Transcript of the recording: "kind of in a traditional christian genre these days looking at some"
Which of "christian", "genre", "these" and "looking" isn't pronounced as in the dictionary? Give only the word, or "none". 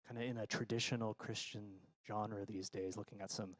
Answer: none